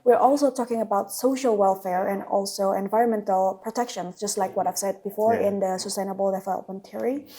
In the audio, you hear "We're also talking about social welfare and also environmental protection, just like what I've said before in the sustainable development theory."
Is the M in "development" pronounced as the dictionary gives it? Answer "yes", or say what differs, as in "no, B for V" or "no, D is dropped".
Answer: no, M is dropped